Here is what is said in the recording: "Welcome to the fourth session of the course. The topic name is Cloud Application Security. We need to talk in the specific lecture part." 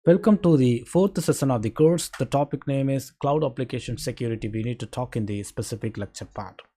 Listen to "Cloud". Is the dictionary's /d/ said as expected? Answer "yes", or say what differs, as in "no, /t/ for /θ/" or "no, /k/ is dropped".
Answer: yes